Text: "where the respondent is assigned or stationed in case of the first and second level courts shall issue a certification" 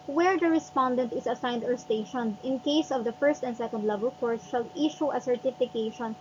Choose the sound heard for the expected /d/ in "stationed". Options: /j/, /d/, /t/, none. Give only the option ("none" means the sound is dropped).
none